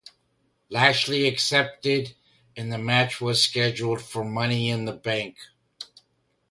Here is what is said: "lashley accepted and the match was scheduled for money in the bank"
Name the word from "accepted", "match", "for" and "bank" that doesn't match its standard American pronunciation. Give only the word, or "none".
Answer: none